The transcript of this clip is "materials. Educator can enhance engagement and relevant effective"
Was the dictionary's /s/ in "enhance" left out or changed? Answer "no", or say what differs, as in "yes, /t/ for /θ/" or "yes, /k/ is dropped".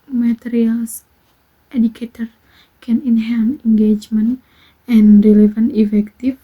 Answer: yes, /s/ is dropped